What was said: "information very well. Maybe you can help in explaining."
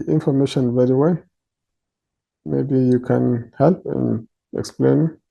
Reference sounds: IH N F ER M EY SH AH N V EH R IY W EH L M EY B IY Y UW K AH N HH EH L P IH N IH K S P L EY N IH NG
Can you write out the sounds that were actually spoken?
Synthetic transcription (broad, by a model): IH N F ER M EY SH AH N V EH R IY W EH L M EY B IY Y UW K AH N HH EH L P IH N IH K S P L EY N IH